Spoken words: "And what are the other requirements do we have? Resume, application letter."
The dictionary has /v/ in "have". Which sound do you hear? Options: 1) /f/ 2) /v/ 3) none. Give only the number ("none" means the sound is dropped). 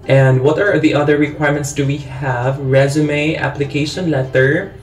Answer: 2